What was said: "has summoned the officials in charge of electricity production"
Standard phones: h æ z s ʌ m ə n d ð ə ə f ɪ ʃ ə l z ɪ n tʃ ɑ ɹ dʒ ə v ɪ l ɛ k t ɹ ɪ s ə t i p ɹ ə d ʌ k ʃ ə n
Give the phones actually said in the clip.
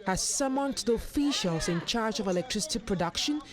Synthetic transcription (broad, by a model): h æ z s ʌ m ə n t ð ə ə f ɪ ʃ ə l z ɪ n tʃ ɑ ɹ dʒ ə v ɪ l ɛ k t ɹ ɪ s ə t i p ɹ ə d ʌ k ʃ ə n